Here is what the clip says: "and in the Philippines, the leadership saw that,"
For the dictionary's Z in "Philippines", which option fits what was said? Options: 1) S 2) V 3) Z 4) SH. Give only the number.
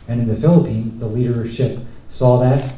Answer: 3